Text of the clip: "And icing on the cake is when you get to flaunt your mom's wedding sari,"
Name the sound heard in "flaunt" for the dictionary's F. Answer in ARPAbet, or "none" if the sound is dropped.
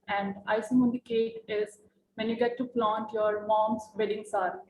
P